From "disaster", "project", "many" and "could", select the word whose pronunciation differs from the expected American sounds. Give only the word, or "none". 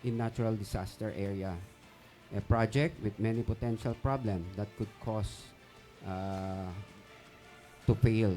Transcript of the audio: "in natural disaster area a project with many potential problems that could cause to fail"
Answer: disaster